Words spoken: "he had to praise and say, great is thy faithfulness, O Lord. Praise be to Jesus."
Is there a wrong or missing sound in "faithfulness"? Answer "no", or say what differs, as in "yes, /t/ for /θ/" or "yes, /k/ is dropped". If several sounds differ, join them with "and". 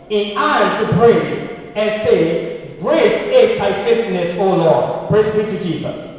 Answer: yes, /l/ is dropped